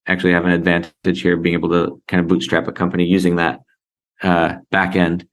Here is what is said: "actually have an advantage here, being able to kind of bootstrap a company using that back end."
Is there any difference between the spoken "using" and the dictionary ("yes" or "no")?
no